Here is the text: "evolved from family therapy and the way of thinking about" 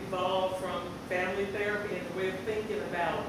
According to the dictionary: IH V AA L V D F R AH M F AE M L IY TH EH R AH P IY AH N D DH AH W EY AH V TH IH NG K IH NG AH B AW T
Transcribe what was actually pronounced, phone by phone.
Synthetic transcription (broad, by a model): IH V AA L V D F R AH M F AE M L IY TH EH R AH P IY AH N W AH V TH IH NG K IH NG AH B AW T